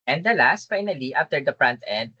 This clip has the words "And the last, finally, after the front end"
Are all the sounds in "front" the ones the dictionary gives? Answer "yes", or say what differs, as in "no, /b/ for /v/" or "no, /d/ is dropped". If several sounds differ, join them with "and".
no, /p/ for /f/